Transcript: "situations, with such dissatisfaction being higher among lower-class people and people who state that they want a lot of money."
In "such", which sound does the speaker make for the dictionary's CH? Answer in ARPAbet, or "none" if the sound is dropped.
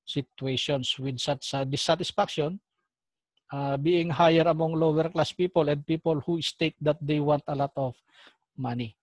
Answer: S